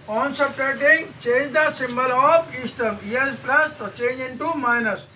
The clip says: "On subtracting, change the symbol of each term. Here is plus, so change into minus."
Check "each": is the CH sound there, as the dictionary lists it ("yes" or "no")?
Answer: no